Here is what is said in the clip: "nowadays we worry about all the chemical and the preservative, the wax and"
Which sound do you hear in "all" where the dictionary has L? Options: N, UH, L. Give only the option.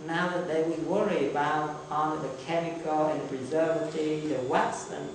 N